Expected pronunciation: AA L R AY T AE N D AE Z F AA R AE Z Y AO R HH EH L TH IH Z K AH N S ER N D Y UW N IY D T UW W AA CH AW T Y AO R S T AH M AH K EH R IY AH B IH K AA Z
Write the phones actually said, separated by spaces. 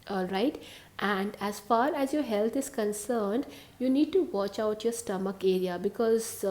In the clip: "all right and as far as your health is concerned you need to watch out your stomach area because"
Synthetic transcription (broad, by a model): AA L R AY T AE N D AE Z F AA R AE Z Y AO R HH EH L T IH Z K AH N S ER N D Y UW N IY D T UW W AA CH AW T Y AO R S T AH M AH K EH R IY AH B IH K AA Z